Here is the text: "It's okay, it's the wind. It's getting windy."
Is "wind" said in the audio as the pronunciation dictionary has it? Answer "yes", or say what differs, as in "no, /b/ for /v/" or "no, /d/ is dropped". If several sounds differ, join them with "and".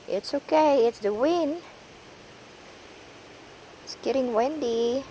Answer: no, /d/ is dropped